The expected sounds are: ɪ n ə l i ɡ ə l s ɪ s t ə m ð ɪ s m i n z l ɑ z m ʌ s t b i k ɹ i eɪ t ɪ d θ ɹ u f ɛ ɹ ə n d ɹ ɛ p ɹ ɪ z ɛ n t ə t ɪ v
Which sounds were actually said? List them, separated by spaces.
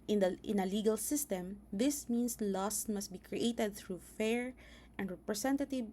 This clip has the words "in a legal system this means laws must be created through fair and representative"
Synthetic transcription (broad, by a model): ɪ n ə l i ɡ ə l s ɪ s t ə m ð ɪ s m i n s l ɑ s m ʌ s t b i k ɹ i eɪ t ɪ d θ ɹ u f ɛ ɹ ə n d ɹ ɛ p ɹ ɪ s ɛ n t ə t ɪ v